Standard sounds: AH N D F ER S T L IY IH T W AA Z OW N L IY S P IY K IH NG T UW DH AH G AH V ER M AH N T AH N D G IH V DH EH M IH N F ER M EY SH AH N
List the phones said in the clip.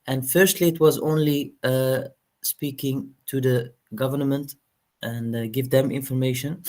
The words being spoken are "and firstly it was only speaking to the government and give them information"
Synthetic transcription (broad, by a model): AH N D F ER S T L IY IH T W AA Z OW N L IY S P IY K IH NG T UW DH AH G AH V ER M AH N T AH N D G IH V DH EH M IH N F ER M EY SH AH N